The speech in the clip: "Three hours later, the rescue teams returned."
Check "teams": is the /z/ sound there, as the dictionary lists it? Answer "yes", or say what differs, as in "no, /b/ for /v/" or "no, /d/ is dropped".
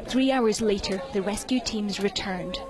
yes